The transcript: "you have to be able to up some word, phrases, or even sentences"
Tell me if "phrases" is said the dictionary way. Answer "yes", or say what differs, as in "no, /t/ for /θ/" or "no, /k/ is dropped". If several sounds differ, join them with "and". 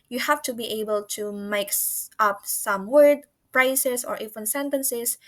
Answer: no, /p/ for /f/ and /s/ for /z/